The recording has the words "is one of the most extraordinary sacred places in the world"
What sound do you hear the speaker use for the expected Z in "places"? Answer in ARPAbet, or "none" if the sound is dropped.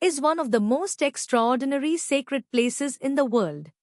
Z